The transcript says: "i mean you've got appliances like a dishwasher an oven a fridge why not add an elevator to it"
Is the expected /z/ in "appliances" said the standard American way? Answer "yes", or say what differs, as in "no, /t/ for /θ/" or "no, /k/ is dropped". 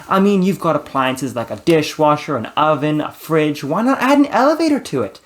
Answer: yes